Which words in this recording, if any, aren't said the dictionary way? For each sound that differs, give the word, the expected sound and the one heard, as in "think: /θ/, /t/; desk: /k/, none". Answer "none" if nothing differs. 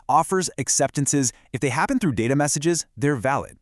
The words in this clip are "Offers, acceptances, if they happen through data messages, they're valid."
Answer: none